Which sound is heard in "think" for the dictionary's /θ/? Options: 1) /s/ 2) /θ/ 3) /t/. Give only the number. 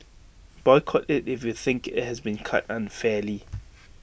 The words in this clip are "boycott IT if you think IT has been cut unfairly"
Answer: 2